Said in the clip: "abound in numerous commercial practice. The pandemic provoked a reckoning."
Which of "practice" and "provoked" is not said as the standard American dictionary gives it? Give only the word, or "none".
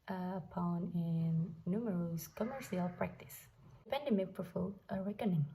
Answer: provoked